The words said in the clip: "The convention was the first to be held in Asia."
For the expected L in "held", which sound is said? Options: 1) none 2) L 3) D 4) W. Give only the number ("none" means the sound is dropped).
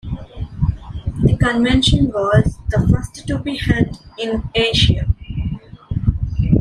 1